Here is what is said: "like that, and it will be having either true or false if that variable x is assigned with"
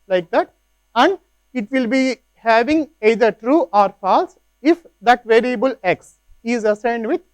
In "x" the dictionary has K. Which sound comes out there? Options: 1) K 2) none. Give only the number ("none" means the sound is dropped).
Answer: 1